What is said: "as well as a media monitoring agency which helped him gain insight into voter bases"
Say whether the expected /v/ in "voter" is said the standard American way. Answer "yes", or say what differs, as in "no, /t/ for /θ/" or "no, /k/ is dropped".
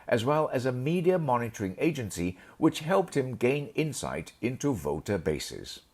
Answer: yes